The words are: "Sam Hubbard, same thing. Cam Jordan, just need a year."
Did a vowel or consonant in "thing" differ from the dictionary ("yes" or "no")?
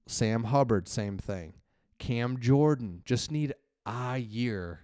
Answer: no